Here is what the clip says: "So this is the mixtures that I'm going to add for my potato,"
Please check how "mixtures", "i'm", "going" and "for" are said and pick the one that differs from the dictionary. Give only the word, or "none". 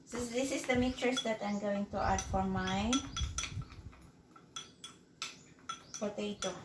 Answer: mixtures